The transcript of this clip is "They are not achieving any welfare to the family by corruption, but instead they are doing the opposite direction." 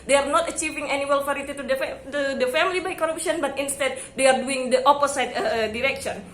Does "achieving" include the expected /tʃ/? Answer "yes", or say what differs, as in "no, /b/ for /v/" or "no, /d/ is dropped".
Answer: yes